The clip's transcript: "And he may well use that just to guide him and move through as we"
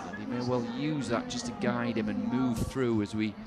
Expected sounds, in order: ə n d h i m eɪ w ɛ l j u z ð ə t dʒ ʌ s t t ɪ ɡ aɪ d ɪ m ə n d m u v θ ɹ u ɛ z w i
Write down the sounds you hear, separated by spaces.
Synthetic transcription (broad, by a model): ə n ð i m eɪ w ɛ l j u z ð ə t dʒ ʌ s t t ɪ ɡ aɪ d ɪ m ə n m u v θ ɹ u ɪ z w i